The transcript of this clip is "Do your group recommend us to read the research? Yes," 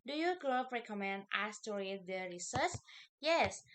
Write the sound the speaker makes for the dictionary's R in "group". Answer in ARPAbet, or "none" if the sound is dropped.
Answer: L